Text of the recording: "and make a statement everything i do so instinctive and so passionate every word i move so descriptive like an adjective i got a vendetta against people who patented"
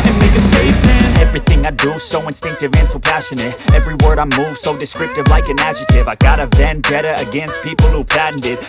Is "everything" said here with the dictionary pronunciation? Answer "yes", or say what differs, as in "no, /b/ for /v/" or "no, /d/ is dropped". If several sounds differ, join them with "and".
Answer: yes